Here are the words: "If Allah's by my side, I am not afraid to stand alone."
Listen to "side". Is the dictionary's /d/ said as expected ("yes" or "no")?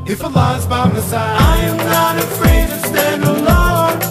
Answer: no